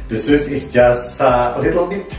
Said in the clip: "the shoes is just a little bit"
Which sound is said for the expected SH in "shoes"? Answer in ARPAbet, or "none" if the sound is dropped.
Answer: S